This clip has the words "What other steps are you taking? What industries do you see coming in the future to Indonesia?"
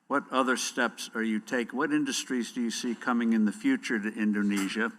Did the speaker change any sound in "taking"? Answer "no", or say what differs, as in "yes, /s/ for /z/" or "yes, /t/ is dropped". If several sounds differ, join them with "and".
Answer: yes, /k/ is dropped